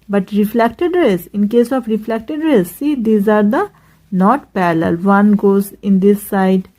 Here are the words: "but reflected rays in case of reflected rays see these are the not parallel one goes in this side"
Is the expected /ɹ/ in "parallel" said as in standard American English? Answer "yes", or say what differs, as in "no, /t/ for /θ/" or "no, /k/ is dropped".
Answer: no, /l/ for /ɹ/